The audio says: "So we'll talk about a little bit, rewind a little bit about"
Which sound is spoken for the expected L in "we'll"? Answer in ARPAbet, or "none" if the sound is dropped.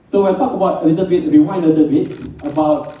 N